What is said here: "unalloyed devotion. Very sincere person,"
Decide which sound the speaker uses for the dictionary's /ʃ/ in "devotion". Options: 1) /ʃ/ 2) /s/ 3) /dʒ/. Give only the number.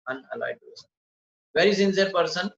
2